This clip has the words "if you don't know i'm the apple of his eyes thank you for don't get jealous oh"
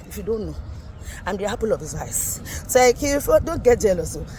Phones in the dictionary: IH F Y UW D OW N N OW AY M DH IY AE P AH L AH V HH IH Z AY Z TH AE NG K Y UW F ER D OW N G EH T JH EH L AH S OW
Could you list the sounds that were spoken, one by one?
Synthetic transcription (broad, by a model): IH F Y UW D OW N N OW AY M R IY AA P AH L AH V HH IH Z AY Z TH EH K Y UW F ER D OW N G EH T JH EH L AH S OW